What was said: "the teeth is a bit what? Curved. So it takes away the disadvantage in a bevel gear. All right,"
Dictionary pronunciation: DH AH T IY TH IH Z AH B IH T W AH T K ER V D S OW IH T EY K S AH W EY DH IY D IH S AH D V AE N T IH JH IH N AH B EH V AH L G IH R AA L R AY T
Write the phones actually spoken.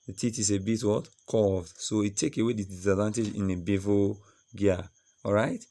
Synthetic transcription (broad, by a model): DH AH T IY T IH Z AH B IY T W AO T K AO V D S OW IH T EY K AH W EY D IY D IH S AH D V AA N T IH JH IH N AH B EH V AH G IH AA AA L R AY T